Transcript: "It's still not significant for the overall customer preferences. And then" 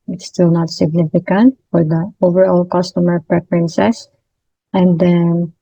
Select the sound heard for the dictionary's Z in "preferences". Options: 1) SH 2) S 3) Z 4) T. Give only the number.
2